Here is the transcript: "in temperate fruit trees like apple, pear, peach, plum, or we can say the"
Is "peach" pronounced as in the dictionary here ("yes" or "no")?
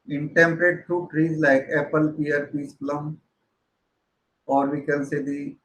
no